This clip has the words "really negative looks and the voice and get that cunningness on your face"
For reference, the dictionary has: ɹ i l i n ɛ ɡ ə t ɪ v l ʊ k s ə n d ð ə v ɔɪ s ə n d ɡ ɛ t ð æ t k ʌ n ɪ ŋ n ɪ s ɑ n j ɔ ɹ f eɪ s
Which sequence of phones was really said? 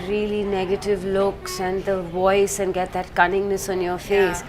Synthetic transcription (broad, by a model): ɹ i l i n ɛ ɡ ə t ɪ v l ʊ k s ə n d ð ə v ɔɪ s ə n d ɡ ɛ t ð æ t k ʌ n ɪ ŋ n ɪ s ɑ n j ɔ ɹ f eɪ s